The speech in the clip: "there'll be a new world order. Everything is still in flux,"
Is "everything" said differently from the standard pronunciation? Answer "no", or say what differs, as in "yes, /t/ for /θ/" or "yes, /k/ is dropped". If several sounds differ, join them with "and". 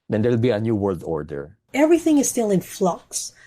no